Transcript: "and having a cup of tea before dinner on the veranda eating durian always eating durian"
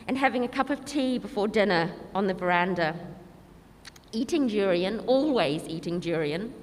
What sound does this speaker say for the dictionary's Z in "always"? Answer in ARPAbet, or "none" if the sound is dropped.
Z